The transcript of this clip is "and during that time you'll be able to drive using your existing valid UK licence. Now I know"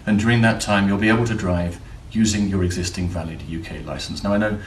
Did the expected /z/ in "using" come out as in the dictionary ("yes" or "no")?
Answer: yes